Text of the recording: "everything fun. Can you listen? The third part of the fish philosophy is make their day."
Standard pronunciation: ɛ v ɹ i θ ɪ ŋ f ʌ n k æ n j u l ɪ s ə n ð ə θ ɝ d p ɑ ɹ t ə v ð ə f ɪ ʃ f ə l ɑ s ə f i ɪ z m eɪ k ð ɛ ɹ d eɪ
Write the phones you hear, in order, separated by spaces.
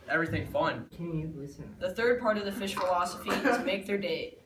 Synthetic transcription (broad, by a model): ɛ v ɹ i θ ɪ ŋ f ʌ n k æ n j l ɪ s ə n ð ə θ ɝ d p ɑ ɹ t ə v ð ə f ɪ ʃ f ə l ɑ s ə f i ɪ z m eɪ k ð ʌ ɹ d eɪ